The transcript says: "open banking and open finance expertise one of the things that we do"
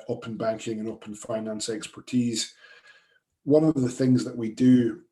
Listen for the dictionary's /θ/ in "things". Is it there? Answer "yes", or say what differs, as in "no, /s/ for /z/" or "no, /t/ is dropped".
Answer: yes